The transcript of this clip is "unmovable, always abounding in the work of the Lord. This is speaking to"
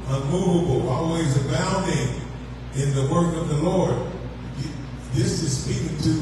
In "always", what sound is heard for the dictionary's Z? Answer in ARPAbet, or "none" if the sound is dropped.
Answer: Z